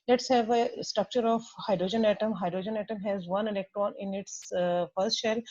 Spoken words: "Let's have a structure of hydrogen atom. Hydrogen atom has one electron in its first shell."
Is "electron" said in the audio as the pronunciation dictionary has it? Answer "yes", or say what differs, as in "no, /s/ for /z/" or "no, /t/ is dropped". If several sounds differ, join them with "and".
yes